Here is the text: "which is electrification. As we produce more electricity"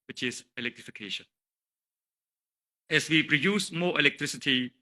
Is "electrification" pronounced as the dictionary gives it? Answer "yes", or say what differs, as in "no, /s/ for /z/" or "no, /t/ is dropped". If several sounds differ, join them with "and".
yes